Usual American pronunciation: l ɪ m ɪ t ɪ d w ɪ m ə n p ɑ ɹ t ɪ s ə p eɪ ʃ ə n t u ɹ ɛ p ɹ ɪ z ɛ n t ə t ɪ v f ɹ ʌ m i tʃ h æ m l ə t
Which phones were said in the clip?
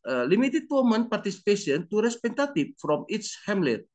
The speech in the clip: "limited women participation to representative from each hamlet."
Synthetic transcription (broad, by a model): l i m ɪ t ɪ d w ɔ m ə n p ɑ ɹ t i s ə p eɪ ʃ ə n t u ɹ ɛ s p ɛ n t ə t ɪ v f ɹ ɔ m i s h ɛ m l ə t